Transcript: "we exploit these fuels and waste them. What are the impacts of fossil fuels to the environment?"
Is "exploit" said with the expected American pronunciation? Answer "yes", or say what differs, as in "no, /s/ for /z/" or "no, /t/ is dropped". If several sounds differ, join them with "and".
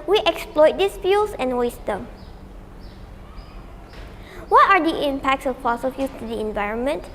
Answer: yes